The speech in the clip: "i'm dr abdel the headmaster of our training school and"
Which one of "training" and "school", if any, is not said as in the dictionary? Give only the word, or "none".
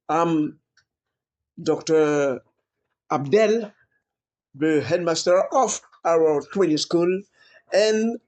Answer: training